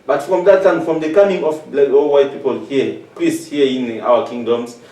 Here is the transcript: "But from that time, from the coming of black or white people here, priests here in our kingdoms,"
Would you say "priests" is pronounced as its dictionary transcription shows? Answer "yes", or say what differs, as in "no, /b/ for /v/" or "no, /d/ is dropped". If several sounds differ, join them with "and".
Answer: no, /l/ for /ɹ/